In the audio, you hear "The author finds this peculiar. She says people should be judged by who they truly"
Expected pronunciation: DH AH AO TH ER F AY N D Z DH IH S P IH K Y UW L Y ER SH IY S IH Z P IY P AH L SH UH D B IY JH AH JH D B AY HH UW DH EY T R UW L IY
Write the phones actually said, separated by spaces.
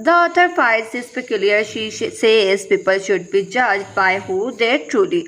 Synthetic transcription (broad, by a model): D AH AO T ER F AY D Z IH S P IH K Y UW L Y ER SH IY S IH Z P IY P AH L SH UH D B IY JH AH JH B AY HH UW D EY T R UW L IY